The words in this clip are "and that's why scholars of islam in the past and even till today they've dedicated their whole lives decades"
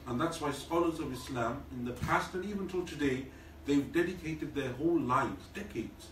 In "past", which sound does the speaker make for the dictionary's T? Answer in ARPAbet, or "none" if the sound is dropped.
T